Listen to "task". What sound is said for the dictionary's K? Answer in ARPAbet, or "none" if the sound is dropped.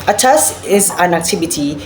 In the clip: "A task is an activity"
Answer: none